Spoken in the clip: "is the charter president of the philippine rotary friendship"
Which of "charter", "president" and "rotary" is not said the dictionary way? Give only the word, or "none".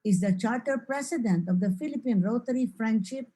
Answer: president